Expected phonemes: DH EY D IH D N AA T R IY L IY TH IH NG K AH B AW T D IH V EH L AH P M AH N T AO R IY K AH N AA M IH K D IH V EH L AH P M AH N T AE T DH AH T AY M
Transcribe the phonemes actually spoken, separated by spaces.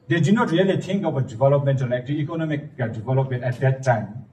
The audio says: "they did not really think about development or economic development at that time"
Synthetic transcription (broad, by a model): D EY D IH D N AA T R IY L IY T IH NG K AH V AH D IH V EH L AH P M AH N T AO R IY K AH N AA M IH K D IH V EH L AH P M AH N T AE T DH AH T AY M